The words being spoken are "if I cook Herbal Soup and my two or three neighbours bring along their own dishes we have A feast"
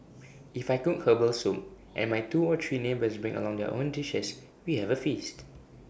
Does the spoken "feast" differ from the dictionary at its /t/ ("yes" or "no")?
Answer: no